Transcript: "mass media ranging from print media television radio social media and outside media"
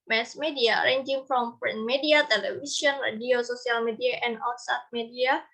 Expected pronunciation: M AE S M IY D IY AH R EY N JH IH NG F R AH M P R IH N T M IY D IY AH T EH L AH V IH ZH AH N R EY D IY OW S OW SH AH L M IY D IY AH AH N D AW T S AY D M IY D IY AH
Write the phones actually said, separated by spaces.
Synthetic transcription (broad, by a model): M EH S M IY D IY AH R EY N JH IH NG F R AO M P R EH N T M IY D IY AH T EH L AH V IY S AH N R EY D IY OW S OW S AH L M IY D IY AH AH N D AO S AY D M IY D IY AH